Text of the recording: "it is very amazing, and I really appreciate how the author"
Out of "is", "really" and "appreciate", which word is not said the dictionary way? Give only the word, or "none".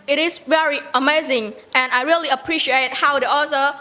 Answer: is